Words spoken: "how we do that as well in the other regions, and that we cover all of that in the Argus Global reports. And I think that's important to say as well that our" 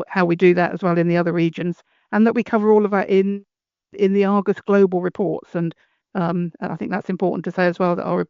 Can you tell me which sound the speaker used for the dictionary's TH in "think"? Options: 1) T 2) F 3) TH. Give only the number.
3